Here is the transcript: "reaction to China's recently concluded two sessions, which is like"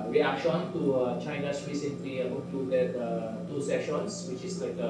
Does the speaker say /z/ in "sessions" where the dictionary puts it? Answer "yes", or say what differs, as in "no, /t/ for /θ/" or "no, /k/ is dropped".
no, /s/ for /z/